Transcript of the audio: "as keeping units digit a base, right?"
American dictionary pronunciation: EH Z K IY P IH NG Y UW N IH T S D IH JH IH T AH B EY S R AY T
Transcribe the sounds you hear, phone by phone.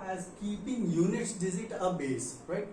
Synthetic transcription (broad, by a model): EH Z K IY P IH NG Y UW N IH T S D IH Z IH T AH B EY S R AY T